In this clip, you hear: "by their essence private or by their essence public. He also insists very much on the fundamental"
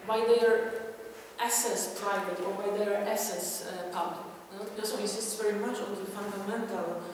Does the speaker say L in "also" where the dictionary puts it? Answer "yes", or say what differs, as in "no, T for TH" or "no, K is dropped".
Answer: no, L is dropped